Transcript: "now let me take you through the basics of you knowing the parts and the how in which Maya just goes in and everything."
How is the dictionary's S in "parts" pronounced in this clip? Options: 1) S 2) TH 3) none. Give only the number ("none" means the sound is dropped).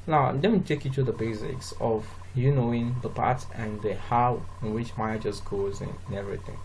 3